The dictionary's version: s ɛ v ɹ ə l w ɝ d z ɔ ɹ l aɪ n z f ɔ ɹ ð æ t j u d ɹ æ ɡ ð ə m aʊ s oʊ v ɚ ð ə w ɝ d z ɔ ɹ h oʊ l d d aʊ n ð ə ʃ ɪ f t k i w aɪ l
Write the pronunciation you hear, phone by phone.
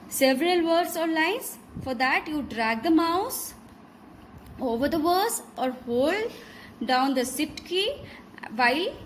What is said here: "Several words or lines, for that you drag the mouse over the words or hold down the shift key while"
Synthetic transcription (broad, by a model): s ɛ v ɹ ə l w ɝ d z ɔ ɹ l aɪ n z f ɔ ɹ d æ t j u d ɹ æ ɡ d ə m aʊ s oʊ v ɚ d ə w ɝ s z ɔ ɹ h oʊ l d d aʊ n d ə s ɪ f t k i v aɪ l